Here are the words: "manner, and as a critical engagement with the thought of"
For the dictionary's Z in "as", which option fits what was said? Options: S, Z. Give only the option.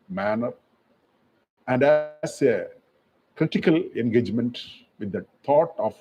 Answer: S